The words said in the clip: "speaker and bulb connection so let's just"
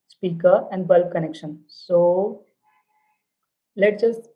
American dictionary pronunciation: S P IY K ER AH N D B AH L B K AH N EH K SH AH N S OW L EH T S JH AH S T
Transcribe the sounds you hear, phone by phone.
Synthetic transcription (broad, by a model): S P IY K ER AH N D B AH L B K AH N EH K SH AH N S OW L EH T JH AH S T